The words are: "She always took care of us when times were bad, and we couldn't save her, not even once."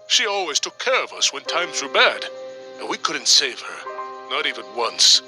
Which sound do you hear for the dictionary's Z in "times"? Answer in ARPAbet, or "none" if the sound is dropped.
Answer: Z